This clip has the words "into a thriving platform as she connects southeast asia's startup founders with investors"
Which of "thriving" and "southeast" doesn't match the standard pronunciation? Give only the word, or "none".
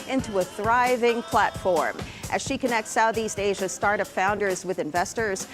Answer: none